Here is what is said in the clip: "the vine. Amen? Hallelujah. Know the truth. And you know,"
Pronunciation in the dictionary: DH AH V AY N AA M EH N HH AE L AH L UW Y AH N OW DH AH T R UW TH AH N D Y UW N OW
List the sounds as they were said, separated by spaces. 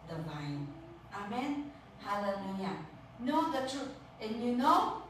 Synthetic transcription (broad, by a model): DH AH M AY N AA M EH N HH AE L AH L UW Y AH N OW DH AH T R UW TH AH N Y UW N OW